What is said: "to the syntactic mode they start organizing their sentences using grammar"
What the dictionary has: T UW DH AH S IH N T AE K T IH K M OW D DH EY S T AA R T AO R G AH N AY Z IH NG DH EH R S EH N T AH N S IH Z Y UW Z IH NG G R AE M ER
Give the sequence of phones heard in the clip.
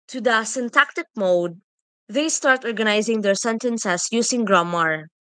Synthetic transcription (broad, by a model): T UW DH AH S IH N T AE K T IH K M OW D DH EY S T AA R T AO R G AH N AY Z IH NG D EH R S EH N T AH N S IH S Y UW S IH NG G R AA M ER